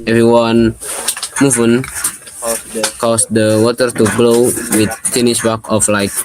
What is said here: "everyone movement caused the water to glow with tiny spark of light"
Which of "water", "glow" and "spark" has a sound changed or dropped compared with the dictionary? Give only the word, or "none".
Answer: spark